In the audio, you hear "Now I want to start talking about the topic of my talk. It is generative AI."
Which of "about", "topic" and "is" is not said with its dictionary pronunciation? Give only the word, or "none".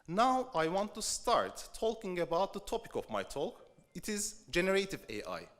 none